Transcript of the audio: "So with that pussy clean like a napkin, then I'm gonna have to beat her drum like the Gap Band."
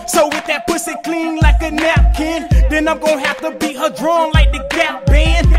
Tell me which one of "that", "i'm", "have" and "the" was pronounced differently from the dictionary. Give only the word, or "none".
have